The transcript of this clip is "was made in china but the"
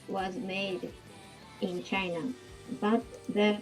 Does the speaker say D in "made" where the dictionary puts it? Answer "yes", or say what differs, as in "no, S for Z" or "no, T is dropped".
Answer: yes